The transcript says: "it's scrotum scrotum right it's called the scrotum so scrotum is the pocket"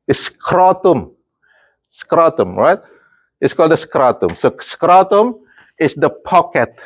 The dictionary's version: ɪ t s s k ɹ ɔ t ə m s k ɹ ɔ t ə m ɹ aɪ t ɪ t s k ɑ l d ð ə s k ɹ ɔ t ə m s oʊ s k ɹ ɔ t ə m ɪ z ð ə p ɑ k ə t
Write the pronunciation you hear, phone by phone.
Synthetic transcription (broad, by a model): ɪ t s s k ɹ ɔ t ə m s k ɹ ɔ t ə m ɹ aɪ t ɪ t s k ɑ l d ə s k ɹ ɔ t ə m s oʊ s k ɹ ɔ t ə m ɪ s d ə p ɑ k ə t